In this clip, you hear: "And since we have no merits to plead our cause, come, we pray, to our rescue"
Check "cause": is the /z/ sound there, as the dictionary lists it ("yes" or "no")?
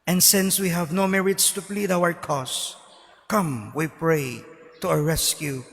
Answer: no